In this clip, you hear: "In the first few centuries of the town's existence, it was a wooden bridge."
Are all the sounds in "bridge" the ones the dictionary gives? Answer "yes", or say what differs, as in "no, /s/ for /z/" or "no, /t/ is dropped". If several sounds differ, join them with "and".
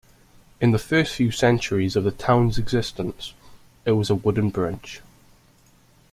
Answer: no, /tʃ/ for /dʒ/